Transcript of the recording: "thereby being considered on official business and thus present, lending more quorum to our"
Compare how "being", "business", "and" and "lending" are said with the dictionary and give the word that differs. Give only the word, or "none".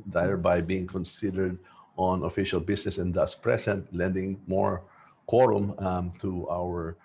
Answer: business